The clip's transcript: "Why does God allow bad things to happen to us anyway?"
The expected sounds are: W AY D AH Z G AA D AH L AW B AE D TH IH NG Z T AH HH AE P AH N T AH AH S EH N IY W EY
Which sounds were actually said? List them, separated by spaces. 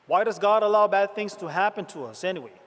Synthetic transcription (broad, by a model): W AY D AH Z G AA D AH L AW B AE D TH IH NG Z T AH HH AE P AH N T AH AH S EH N IY W EY